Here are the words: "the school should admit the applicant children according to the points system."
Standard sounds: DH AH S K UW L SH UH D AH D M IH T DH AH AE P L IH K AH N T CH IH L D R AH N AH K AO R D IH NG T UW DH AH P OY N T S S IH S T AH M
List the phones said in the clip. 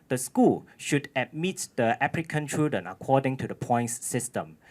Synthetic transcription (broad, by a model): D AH S K UW L SH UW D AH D M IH T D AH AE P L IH K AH N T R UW D AH N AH K AO D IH NG T UW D AH P OY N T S S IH S T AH M